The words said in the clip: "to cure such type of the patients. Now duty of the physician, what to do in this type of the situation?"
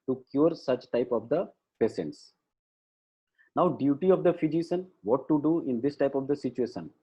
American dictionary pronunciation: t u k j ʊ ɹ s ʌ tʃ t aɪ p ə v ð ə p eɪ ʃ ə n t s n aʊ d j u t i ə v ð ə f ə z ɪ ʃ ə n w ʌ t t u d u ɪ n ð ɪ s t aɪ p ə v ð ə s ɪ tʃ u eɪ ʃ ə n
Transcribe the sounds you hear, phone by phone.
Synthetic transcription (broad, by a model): t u k j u ɹ s ʌ tʃ t aɪ p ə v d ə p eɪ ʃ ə n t s n aʊ d j u t i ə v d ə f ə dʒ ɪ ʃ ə n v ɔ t t u d u ɪ n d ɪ s t aɪ p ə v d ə s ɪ tʃ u eɪ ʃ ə n